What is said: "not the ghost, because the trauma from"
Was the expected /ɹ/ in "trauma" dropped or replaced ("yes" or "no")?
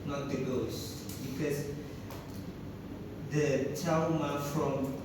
yes